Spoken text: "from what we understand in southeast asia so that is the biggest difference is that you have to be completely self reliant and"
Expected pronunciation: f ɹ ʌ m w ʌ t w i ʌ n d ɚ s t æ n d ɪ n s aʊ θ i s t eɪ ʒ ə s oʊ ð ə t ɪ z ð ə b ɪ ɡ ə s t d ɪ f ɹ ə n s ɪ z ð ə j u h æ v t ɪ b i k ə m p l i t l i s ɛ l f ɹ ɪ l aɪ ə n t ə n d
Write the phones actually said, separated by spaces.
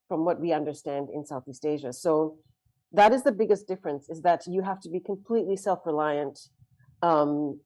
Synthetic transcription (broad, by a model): f ɹ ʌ m w ʌ t w i ʌ n d ɚ s t æ n d ɪ n s aʊ θ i s t eɪ ʒ ə s oʊ ð ə t ɪ z ð ə b ɪ ɡ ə s d ɪ f ɹ ə n s ɪ z ð ə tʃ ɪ h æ f t ɪ b i k ə m p l i t l i s ɛ l f ɹ ɪ l aɪ ə n t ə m